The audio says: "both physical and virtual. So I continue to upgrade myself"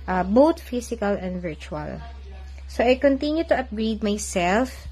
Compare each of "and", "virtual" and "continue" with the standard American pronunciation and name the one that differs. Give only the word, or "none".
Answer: none